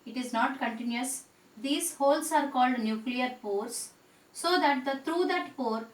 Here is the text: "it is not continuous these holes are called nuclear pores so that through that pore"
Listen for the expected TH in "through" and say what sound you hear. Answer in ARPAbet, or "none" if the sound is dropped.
T